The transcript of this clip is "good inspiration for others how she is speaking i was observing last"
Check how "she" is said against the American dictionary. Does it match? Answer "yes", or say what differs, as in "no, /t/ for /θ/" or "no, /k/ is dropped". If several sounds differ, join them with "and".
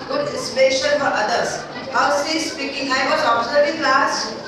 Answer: no, /s/ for /ʃ/